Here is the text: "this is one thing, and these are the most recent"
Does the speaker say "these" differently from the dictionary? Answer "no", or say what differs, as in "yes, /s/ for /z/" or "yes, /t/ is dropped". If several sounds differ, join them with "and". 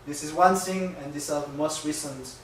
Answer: yes, /s/ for /z/